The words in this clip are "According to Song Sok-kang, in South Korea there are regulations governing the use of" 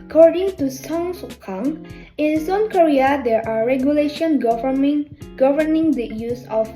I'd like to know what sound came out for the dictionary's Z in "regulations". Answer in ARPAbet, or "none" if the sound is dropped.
none